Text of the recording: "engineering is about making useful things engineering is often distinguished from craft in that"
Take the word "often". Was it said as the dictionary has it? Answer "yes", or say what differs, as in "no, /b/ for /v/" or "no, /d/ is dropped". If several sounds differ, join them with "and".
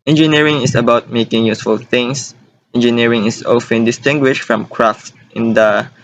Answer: yes